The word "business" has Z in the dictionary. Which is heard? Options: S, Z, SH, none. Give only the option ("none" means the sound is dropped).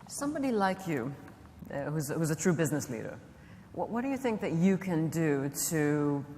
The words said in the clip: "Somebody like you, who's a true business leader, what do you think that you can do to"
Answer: Z